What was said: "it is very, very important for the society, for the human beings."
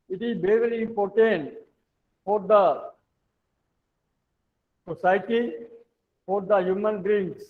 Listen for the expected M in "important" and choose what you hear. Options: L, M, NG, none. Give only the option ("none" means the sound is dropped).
none